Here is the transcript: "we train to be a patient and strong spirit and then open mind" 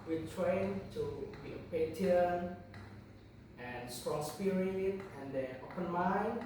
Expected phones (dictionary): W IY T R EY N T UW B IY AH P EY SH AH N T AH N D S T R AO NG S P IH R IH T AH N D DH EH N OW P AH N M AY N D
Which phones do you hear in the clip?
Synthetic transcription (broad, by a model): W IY T R EY N T UW B IY AH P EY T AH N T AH N S T R AO NG S P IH R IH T AH N D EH OW P AH N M AY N